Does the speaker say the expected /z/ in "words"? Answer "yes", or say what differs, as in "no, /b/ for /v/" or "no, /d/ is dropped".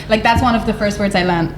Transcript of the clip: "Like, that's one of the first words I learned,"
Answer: yes